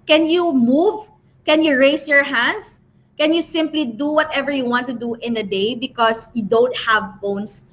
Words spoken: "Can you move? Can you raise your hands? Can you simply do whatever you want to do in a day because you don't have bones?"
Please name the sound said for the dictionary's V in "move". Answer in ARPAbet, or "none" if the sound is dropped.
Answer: V